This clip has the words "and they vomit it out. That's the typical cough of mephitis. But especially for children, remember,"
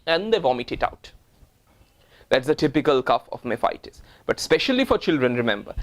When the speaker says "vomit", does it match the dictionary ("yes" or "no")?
yes